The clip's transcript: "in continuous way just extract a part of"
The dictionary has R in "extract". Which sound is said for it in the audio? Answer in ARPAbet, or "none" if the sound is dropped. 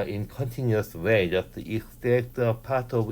none